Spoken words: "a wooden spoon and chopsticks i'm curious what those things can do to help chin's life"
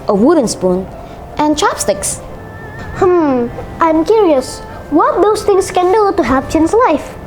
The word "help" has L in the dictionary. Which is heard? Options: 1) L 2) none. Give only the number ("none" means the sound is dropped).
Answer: 2